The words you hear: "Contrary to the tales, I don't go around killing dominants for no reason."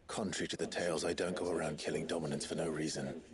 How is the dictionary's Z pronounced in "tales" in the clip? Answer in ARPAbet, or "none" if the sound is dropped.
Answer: Z